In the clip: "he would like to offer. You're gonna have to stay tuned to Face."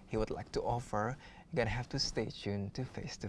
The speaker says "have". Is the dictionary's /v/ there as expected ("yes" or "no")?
no